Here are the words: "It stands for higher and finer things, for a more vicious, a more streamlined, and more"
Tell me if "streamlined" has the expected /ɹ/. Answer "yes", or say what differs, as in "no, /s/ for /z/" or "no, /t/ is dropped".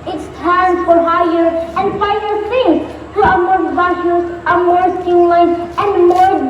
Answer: no, /ɹ/ is dropped